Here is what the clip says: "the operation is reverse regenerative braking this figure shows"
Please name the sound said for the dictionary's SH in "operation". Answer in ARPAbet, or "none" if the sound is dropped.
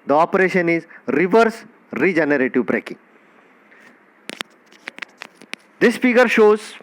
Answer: SH